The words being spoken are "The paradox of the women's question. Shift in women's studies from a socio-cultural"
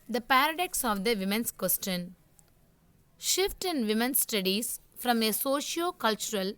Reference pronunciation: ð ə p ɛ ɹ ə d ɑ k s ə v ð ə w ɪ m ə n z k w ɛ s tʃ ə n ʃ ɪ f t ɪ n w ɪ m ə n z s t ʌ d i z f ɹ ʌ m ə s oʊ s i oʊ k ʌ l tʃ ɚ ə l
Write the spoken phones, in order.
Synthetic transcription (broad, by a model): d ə p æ ɹ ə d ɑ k s ə v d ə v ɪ m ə n s k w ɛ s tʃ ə n ʃ ɪ f t ɪ n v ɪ m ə n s s t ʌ d i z f ɹ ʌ m ə s oʊ ʃ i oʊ k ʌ l tʃ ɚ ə l